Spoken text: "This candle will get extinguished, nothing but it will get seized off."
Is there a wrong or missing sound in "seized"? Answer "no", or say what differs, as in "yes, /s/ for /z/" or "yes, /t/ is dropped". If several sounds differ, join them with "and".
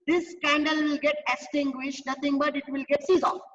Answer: yes, /d/ is dropped